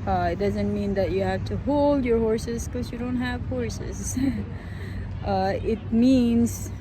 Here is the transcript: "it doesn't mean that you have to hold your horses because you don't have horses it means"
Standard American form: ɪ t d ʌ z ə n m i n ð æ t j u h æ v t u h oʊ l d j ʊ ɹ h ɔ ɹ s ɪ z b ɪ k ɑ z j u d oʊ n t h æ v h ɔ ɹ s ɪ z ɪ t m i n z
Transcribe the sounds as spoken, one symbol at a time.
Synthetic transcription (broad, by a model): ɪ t d ʌ z ə n m i n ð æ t j u h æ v t u h oʊ l d j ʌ ɹ h ɔ ɹ s ɪ z k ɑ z j u d oʊ n t h æ v h ɔ ɹ s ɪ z ɪ t m i n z